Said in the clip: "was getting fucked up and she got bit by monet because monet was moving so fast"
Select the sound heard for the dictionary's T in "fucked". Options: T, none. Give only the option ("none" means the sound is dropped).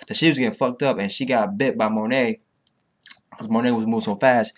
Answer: T